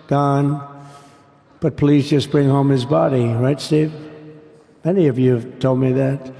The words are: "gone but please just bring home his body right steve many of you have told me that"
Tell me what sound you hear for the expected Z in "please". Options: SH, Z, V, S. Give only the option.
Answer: Z